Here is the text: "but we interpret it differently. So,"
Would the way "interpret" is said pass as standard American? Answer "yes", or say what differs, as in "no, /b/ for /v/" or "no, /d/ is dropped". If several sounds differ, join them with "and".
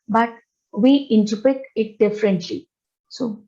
no, /ɹ/ is dropped